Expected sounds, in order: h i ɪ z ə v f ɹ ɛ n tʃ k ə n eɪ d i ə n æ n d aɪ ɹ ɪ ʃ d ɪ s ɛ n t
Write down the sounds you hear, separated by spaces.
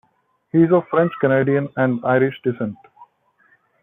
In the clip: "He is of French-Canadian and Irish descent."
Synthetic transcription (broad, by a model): h i ɪ z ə f ɹ ɛ n tʃ k ə n eɪ d i ə n æ n d aɪ ɹ ɪ ʃ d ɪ s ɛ n t